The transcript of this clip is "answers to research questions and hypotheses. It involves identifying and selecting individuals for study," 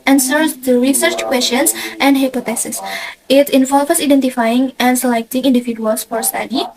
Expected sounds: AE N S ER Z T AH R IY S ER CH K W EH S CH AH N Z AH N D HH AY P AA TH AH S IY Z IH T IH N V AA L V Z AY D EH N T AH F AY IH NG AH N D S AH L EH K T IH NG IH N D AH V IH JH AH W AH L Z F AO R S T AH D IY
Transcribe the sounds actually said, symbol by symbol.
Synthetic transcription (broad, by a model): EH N S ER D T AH R IY S ER CH K W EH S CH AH N S AH N D HH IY P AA T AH S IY S IH T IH N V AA L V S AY D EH N T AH F AY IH NG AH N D S AH L EH K T IH NG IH N D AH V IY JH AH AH L S F AO R S T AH D IY